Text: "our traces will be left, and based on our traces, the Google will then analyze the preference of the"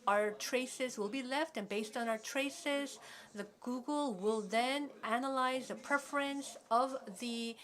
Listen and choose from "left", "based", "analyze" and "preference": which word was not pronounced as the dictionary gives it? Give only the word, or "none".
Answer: none